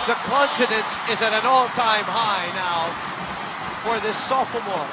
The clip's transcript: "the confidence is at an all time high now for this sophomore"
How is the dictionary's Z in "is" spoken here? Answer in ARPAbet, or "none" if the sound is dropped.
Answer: Z